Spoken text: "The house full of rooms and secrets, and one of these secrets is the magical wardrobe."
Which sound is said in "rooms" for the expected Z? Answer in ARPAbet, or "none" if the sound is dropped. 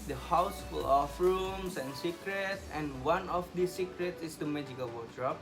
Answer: S